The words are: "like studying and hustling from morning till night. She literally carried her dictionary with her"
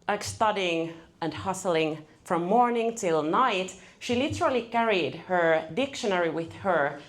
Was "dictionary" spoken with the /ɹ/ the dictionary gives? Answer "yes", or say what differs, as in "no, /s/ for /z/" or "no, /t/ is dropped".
yes